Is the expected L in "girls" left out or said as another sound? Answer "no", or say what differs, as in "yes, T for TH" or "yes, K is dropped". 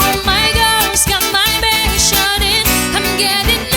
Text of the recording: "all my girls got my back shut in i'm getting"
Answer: yes, L is dropped